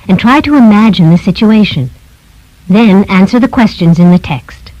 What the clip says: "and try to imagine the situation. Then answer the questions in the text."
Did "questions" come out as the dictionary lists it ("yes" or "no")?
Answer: yes